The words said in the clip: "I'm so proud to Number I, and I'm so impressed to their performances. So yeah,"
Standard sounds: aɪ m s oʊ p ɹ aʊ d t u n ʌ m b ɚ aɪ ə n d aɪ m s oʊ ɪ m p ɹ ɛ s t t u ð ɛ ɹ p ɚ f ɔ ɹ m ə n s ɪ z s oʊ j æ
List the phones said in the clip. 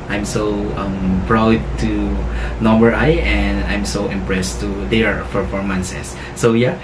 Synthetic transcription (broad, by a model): aɪ m s oʊ p ɹ aʊ d t u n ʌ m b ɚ aɪ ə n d aɪ m s oʊ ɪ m p ɹ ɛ s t t u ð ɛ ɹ f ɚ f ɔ ɹ m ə n s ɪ s oʊ j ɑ